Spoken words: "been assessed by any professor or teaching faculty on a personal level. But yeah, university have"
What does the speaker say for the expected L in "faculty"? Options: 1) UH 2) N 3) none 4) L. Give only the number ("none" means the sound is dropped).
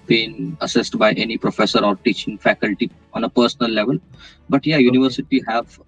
4